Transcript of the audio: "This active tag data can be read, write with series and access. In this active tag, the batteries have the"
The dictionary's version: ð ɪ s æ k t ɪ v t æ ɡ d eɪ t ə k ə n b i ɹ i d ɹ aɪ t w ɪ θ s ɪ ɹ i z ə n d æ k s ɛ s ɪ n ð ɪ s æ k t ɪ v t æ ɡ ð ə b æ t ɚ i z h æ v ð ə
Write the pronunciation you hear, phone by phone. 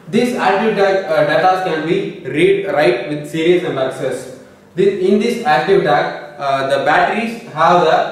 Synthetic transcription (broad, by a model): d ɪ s æ k t ɪ v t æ d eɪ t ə k ə n b i ɹ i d ɹ aɪ t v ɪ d s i ɹ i ə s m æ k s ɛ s ɪ n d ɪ s æ k t ɪ v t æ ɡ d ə b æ t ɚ i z h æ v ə